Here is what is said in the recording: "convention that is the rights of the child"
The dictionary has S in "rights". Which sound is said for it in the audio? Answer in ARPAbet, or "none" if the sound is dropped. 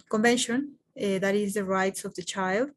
S